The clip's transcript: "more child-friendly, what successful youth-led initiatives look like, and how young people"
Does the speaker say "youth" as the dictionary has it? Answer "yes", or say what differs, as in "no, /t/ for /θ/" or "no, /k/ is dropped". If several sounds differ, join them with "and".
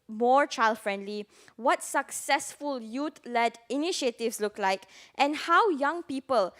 no, /t/ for /θ/